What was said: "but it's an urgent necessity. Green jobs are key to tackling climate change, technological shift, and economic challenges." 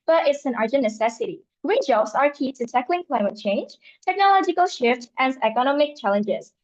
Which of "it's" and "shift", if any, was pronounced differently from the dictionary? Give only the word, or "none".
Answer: none